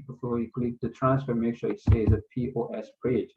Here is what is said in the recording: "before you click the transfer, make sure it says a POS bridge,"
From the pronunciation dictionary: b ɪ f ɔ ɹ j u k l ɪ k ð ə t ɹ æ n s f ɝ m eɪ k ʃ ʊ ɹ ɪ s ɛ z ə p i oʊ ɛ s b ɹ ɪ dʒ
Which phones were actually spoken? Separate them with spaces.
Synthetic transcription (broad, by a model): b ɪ f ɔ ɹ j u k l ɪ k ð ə t ɹ æ n s f ɝ m eɪ k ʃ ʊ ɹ ɪ s ɛ z ə p i oʊ ɛ s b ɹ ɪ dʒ